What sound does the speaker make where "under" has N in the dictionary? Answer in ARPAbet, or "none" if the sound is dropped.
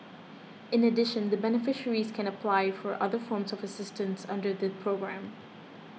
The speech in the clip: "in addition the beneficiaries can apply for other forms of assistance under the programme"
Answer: N